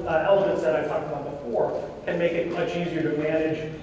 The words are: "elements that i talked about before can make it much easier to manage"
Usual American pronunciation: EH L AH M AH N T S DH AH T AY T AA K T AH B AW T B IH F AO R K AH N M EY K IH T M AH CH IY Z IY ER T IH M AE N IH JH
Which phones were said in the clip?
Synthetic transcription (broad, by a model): EH L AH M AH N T S DH AH T AY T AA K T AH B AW B IH F AO R K AH N M EY K IH T M AH CH IY Z IY ER T IH M AE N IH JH